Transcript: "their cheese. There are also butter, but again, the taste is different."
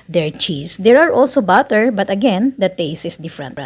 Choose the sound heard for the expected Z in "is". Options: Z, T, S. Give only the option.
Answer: S